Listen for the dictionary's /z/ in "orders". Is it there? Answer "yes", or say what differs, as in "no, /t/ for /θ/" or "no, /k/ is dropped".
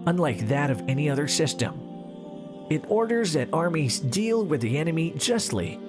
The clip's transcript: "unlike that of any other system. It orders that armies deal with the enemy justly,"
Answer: yes